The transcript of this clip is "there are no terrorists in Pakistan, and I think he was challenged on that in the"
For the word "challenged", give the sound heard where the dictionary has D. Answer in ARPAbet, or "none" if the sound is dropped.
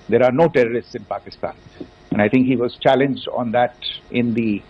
D